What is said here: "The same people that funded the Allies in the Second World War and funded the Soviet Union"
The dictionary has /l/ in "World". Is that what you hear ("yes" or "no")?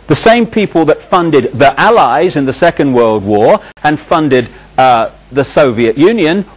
yes